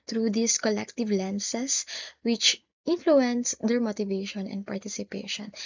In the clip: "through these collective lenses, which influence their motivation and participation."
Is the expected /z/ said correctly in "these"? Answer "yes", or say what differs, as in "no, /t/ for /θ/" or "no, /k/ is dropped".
no, /s/ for /z/